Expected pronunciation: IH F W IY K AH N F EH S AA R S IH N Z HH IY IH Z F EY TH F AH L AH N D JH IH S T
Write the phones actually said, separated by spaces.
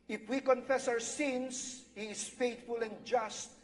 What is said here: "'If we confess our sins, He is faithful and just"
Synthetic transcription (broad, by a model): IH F W IY K AH N F EH S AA W S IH N S HH IY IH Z F EY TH F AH L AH N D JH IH S T